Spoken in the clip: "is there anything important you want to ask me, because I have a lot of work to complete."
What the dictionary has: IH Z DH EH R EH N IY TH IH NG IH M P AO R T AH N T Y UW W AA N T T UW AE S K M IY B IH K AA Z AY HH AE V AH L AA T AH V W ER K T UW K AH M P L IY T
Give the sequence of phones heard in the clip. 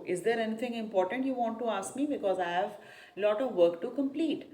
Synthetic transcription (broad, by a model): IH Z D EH R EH N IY T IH NG IH M P AO R T AH N T Y UW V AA N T T UW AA S K M IY B IH K AA Z AY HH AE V L AA T AH V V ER K T UW K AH M P L IY T